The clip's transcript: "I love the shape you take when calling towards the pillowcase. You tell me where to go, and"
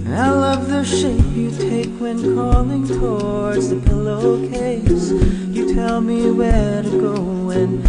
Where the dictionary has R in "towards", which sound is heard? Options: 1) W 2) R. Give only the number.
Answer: 2